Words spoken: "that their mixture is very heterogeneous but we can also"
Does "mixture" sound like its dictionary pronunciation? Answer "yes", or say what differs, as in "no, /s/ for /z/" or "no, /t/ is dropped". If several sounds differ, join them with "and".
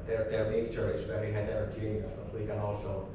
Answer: no, /s/ is dropped